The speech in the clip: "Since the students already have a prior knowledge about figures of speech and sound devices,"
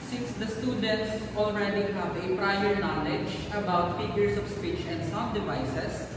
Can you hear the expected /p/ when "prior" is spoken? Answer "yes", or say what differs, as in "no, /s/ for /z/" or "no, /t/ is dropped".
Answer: yes